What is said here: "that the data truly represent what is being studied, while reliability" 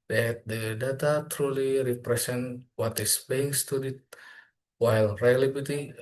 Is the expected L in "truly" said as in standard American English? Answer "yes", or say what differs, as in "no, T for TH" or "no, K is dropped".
yes